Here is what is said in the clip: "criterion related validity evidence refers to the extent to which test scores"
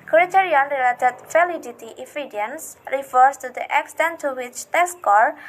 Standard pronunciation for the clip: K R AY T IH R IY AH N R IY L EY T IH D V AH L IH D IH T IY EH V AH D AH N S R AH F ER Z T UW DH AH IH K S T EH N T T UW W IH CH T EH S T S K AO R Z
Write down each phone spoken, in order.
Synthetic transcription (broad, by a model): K R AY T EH R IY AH N R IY L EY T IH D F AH L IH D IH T IY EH F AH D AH N S R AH F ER S T UW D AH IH K S T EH N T T UW W IH CH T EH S S K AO R